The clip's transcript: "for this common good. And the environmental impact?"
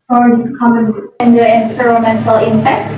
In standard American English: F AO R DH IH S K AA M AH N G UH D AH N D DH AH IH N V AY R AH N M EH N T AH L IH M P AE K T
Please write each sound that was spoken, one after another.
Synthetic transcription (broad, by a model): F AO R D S K AA M AH N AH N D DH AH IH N F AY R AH M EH N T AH L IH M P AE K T